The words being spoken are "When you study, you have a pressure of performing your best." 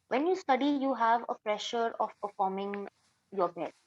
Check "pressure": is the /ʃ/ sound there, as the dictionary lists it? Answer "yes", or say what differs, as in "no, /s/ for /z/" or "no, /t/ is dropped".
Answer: yes